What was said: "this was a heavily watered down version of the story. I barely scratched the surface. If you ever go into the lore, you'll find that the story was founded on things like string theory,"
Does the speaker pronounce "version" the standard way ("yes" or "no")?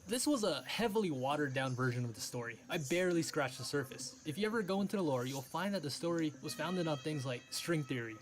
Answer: yes